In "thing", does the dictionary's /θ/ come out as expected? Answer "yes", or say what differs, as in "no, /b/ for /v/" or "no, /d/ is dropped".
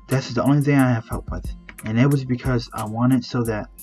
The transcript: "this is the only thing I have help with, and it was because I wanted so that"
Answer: yes